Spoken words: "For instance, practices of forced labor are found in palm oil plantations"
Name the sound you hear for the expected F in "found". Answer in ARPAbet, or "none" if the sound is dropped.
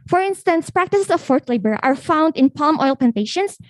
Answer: F